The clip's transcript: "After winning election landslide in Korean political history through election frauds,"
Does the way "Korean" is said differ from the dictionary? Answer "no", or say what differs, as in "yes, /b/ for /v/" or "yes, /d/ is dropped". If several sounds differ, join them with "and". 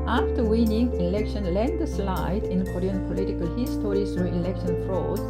yes, /l/ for /ɹ/